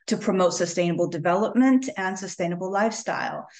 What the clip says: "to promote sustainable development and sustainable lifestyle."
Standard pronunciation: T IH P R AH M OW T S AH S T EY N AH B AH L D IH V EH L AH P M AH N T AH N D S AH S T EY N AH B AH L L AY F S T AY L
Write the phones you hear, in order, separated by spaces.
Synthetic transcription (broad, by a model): T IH P R AH M OW T S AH S T EY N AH B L D IH V EH L AH P M AH N T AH N S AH S T EY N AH B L L AY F S T AY L